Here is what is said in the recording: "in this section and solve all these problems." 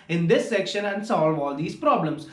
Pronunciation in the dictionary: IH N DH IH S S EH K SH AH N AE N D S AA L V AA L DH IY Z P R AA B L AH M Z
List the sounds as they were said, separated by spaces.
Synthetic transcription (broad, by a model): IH N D IH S S EH K SH AH N AE N D S AA L V AA L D IY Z P R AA B L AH M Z